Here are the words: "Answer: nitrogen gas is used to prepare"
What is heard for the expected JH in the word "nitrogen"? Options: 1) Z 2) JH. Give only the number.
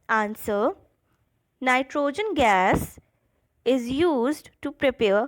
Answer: 2